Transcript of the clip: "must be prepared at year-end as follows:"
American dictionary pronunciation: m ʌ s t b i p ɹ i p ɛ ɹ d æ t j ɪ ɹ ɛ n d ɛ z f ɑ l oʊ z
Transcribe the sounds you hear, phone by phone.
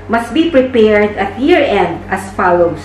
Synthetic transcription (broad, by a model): m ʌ s t b i p ɹ i p ɛ ɹ d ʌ t j ɪ ɹ ɛ n d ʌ s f ɑ l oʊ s